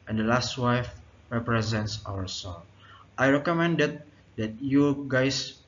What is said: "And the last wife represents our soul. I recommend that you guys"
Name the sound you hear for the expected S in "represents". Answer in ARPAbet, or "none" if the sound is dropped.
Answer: S